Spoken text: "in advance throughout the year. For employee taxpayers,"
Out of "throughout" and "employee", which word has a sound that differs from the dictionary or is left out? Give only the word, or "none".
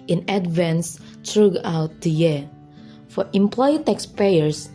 throughout